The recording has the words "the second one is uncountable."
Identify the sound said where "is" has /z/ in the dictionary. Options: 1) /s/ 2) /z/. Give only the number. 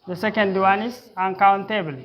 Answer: 1